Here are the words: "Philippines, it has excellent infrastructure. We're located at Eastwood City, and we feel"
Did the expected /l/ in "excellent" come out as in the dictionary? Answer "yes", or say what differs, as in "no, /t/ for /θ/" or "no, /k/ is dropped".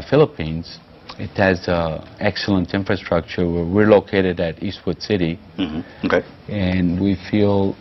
yes